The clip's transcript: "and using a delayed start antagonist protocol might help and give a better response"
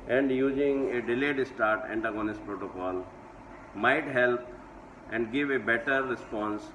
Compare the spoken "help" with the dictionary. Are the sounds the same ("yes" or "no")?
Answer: yes